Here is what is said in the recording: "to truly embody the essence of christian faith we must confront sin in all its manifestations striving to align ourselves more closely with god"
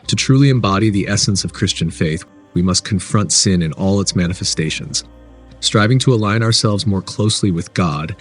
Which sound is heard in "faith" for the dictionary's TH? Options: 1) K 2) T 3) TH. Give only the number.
3